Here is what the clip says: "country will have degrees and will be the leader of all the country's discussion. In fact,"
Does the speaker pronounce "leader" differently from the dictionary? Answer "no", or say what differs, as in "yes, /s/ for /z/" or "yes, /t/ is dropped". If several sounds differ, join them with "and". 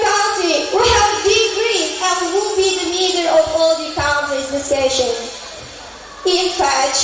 yes, /n/ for /l/